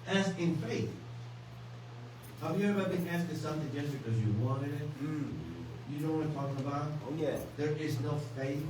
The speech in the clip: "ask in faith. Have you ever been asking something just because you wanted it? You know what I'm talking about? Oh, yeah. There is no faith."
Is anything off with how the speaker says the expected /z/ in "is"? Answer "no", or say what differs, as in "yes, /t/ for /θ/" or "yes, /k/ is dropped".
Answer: no